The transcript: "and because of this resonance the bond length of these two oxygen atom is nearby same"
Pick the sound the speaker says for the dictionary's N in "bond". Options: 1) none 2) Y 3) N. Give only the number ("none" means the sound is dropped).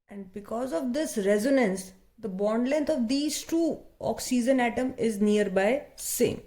3